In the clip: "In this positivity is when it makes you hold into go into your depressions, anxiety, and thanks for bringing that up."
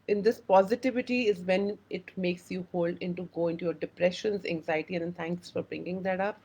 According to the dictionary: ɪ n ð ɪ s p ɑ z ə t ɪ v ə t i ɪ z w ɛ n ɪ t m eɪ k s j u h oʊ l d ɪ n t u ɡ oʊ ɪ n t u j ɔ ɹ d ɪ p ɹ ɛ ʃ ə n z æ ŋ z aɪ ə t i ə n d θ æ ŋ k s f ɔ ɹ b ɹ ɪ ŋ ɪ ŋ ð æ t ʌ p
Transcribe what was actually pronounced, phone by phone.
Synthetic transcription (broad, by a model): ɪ n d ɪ s p ɑ z ə t ɪ v ə t i ɪ z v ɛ n ɪ t m eɪ k s j u h oʊ l d ɪ n t u ɡ oʊ ɪ n t u j ɔ ɹ d ɪ p ɹ ɛ ʃ ə n z æ ŋ z aɪ ə t i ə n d t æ ŋ k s f ɔ ɹ b ɹ ɪ ŋ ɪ ŋ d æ t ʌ p